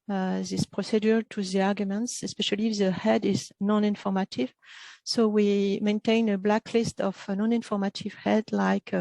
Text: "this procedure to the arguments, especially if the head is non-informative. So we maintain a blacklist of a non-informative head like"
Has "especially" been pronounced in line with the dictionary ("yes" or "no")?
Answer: yes